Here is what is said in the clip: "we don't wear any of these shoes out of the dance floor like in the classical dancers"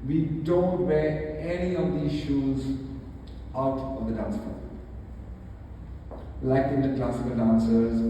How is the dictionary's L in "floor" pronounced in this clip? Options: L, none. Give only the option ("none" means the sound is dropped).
none